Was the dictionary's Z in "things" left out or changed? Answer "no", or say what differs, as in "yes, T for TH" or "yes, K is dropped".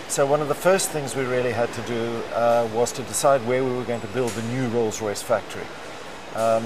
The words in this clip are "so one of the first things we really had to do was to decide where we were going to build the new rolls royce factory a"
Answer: no